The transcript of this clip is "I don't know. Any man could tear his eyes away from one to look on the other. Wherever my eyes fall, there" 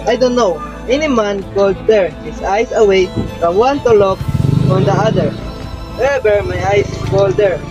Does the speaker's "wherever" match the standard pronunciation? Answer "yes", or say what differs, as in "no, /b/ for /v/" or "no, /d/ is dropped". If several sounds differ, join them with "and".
no, /ɹ/ is dropped